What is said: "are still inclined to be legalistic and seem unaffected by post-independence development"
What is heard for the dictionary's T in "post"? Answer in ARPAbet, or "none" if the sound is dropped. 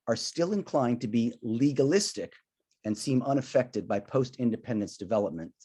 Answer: T